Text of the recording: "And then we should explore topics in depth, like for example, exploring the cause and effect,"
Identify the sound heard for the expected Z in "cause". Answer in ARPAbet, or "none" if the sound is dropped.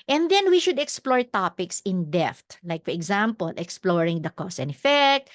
S